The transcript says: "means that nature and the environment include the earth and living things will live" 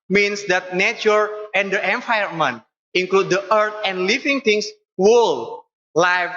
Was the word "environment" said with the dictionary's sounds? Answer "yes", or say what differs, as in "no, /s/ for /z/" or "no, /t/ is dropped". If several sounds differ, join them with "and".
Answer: no, /ɹ/ is dropped